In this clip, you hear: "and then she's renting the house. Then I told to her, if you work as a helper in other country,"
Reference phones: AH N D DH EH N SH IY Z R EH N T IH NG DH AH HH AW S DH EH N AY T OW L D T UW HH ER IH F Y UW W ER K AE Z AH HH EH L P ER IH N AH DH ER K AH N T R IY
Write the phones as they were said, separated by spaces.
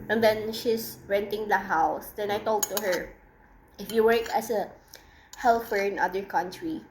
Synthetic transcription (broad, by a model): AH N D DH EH N SH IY S R EH N T IH NG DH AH HH AW S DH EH N AY T OW L D T UW HH ER IH F Y UW W ER K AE S AH HH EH L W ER IH N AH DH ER K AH N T R IY